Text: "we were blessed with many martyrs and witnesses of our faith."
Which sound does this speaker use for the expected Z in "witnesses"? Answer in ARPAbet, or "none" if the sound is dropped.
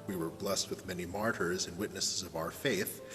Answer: Z